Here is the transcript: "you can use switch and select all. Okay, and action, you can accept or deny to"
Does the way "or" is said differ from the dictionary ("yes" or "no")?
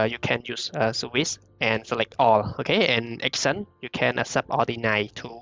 yes